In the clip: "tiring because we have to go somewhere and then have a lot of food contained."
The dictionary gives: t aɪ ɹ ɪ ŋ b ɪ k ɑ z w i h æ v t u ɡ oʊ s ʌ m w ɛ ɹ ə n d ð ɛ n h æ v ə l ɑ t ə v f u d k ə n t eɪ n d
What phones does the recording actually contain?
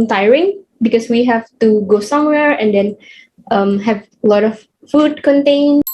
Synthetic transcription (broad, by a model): t aɪ ɹ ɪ ŋ b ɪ k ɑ s w i h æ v t u ɡ oʊ s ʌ m w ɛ ɹ ə n d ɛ n h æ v ə l ɑ t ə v f u d k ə n t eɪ n